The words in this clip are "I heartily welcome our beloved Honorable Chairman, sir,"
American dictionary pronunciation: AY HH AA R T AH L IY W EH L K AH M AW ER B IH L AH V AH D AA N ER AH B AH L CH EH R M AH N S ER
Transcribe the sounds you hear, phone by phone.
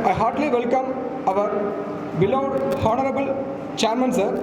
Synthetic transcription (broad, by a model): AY HH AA R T L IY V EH L K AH M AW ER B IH L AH AH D AA N ER AH B AH L CH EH R M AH N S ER